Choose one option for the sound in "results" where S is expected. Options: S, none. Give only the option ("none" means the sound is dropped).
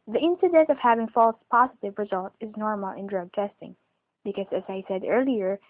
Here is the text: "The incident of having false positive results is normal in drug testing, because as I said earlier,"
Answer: none